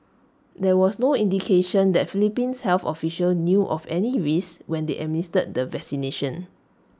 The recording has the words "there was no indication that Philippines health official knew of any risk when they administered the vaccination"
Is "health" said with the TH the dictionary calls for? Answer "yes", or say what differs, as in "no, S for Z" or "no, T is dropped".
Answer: no, F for TH